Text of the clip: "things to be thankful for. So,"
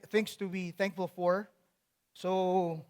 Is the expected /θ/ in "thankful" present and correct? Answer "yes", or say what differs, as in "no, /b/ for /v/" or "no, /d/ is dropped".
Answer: yes